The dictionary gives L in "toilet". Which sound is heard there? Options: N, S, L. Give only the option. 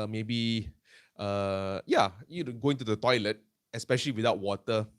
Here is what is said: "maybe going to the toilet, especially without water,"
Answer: L